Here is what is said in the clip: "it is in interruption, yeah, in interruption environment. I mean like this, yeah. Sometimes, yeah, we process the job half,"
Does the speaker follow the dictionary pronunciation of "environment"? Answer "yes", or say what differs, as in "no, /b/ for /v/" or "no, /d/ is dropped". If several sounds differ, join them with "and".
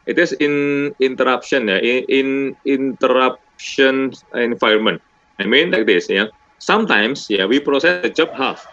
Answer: no, /ɹ/ is dropped